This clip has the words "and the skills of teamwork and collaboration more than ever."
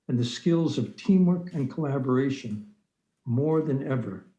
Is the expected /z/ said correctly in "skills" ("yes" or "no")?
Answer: yes